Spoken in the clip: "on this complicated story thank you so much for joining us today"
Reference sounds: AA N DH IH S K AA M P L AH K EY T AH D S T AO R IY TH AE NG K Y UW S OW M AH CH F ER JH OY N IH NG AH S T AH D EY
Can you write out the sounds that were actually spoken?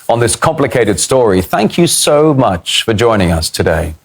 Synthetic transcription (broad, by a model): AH N DH IH S K AA M P L AH K EY T AH D S T AO R IY TH AE NG K Y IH S OW M AH CH F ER JH OY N IH NG AH S T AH D EY